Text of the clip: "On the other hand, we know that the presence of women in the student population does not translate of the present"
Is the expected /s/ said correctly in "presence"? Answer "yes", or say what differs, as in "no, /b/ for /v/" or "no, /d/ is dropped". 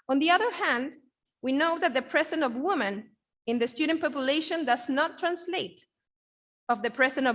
no, /s/ is dropped